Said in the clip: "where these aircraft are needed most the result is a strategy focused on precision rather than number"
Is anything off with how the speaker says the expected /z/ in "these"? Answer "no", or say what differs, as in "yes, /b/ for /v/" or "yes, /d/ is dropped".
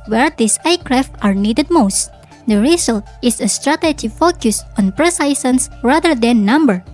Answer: yes, /s/ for /z/